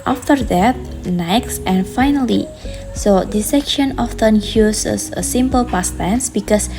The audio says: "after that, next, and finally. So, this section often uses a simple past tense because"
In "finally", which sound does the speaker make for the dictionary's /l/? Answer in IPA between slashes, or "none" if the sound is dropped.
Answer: /l/